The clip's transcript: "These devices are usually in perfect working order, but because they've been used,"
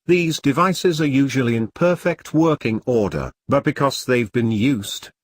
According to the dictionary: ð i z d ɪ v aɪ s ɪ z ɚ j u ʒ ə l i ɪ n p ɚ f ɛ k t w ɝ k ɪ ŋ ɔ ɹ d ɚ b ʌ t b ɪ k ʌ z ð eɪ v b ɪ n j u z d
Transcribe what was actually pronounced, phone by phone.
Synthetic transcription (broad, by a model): ð i z d ɪ v aɪ s ɪ z ɚ j u ʒ ə l i ɪ n p ɚ f ɛ k t w ɝ k ɪ ŋ ɔ ɹ d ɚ b ʌ t b ɪ k ʌ z ð eɪ v b ɪ n j u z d